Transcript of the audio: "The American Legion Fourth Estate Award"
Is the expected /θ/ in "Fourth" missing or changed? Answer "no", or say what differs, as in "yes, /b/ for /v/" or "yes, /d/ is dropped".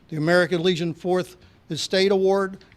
no